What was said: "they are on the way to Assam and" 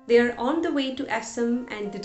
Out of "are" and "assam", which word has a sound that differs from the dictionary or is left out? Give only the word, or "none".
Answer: none